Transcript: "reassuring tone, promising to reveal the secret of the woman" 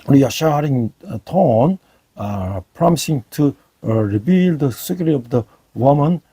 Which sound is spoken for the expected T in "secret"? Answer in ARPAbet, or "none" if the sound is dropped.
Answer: none